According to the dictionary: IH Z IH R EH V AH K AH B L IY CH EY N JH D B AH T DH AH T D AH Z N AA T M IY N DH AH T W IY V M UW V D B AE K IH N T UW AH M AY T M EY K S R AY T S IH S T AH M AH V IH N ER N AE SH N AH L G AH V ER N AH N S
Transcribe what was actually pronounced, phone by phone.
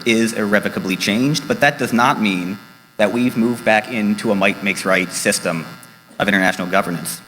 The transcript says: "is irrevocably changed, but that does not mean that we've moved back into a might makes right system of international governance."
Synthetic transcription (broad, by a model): IH Z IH R EH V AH K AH B L IY CH EY N JH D B AH T DH AH T D AH Z N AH T M IY N DH AH T W IY V M UW V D B AE K IH N T UW AH M AY T M EY K S R AY T S IH S T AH M AH V IH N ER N AE SH N L G AH V ER N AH N S